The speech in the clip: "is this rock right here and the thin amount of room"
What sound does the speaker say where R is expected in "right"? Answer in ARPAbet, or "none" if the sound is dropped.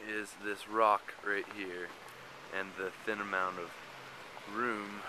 R